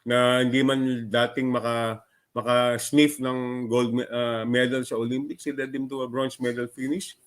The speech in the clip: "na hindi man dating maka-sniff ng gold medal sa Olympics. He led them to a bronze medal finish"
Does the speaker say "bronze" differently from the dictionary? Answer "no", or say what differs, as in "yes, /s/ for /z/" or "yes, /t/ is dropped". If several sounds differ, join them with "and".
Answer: yes, /s/ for /z/